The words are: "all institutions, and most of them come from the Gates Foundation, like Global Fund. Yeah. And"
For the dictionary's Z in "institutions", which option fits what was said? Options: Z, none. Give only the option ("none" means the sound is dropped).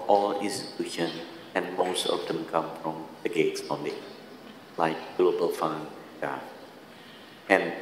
none